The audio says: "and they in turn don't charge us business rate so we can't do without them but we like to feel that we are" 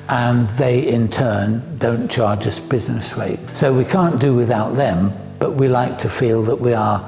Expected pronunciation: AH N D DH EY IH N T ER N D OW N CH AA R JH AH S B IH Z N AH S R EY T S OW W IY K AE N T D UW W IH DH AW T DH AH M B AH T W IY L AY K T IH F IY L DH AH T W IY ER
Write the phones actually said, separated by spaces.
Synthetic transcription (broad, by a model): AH N DH EY IH N T ER N D OW N CH AA R JH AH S B IH Z N AH S R EY T S OW W IY K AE N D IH W IH DH AW T DH AH M B AH T W IY L AY K T IH F IY L DH AH T W IY ER